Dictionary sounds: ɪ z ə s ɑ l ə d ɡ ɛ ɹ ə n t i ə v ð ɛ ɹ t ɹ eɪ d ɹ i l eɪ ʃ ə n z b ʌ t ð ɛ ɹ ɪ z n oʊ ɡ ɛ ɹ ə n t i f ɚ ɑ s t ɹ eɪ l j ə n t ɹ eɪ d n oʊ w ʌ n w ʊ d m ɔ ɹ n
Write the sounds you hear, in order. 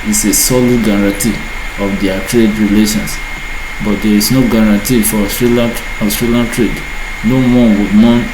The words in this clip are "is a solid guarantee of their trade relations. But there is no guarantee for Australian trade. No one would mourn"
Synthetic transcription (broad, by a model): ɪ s ə s ɑ l ə d ɡ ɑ ɹ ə n t i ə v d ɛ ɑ t ɹ eɪ d ɹ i l eɪ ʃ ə n s b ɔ t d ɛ ɹ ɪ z n oʊ ɡ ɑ ɹ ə n t i f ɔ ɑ s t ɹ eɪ l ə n t ɹ eɪ d n oʊ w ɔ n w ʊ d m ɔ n